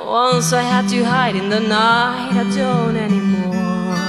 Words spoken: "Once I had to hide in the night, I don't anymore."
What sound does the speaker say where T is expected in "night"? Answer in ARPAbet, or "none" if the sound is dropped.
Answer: none